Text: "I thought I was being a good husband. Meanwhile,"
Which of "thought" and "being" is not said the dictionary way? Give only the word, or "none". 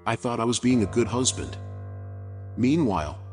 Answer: none